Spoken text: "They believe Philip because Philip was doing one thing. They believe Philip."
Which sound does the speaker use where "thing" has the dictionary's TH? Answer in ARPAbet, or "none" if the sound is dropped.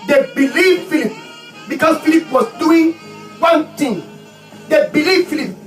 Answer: T